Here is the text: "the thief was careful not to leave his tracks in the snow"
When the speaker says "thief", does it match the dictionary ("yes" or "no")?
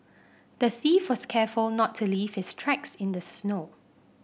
yes